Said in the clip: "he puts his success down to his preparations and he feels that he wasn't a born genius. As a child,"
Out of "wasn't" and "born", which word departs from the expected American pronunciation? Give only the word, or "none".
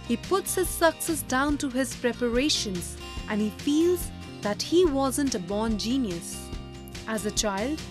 none